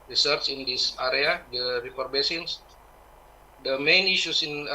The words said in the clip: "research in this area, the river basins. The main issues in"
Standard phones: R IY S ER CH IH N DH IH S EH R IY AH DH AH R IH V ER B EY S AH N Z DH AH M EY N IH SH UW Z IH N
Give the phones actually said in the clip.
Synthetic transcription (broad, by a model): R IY S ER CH IH N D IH S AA R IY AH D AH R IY P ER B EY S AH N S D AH M EY N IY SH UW S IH N